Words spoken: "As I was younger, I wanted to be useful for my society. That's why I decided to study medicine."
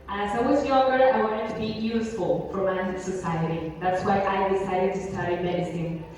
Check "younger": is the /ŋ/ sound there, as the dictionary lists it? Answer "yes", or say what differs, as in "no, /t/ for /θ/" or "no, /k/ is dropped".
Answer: no, /ŋ/ is dropped